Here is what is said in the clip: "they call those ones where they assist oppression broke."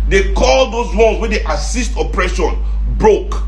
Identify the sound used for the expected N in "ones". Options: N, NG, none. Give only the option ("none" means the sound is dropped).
none